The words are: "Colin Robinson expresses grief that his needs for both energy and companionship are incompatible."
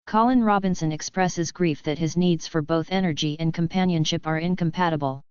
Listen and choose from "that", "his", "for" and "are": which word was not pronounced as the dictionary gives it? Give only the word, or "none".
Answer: none